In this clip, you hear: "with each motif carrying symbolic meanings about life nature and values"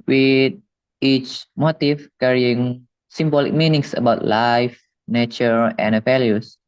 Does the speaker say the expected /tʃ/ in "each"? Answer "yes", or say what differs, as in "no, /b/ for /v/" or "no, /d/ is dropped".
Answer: yes